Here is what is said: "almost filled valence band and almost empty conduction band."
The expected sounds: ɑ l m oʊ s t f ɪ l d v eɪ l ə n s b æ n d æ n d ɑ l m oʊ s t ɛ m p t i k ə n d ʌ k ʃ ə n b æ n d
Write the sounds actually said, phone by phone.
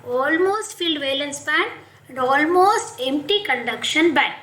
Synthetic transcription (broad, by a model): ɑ l m oʊ s t f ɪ l d v eɪ l ə n s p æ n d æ n d ɑ l m oʊ s t ɛ m p t i k ə n d ʌ k ʃ ə n b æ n